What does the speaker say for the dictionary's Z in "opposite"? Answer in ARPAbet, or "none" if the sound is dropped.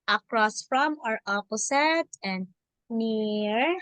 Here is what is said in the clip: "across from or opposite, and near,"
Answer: S